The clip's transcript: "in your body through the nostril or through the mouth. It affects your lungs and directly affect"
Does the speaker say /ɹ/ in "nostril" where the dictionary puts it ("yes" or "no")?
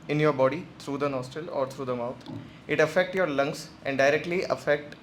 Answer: no